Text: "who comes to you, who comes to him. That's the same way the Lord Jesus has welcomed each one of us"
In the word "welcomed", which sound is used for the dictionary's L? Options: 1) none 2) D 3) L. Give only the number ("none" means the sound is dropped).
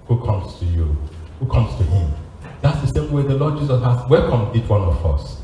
1